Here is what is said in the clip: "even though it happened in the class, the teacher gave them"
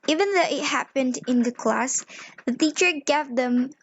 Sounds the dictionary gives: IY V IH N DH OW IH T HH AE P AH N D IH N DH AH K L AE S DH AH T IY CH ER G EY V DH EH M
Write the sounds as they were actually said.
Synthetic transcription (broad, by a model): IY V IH N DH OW IH T HH AE P AH N D IH N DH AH K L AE S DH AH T IY CH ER G EY V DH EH M